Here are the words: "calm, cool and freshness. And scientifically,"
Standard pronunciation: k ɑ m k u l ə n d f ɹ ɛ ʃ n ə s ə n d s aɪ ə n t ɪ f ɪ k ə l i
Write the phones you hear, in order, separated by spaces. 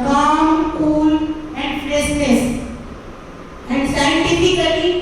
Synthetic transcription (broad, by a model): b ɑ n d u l ə n d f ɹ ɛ s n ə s ə n d s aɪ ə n t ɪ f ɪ k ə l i